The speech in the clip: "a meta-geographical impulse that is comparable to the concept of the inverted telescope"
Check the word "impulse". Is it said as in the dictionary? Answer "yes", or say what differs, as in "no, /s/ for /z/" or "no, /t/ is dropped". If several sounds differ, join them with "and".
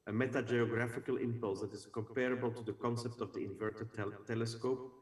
yes